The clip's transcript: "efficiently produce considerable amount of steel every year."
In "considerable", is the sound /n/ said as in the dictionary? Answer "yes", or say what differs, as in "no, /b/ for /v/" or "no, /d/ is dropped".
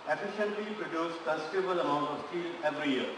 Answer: no, /n/ is dropped